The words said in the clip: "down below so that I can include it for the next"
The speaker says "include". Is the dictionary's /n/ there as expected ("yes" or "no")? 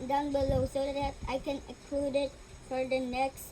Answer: no